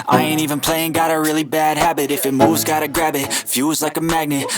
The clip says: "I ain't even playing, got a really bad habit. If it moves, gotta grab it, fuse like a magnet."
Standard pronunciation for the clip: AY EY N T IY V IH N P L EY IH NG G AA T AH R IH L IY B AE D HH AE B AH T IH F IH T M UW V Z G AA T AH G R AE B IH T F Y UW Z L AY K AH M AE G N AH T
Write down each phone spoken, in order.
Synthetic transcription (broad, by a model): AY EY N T IY V IH N P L EY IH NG G AA T AH R IH L IY B AE D HH AE B AH T IH F IH T M UW V Z G AA T AH G R AE B IH T F Y UW Z L AY K AH M AE G N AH T